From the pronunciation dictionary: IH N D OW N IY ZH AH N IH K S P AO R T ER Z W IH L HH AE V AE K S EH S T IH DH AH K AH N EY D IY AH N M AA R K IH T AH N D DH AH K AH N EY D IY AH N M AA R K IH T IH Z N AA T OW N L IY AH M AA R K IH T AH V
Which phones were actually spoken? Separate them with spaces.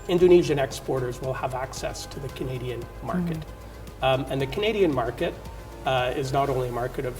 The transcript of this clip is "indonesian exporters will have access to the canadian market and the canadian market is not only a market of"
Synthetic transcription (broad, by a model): IH N D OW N IY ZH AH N IH K S P AO R T ER Z W IH L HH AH V AE K S EH S T IH DH AH K AH N EY D IY AH N M AA R K IH T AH N DH AH K AH N EY D IY AH N M AA R K IH T IH Z N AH T OW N L IY AH M AA R K IH T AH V